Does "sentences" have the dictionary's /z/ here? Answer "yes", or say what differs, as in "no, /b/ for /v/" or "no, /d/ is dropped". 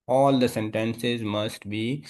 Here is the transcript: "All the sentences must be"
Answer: yes